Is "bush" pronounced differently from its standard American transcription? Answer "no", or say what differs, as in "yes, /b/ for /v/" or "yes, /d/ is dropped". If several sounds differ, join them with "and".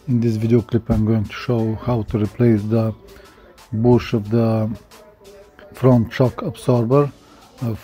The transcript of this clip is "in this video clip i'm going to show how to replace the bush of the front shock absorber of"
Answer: no